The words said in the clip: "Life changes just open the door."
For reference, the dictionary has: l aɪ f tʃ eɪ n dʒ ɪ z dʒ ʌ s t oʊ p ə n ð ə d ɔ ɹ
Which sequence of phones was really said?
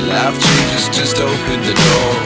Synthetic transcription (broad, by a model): l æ f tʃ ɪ dʒ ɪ s dʒ ʌ s t oʊ p ə n ð ə d ɔ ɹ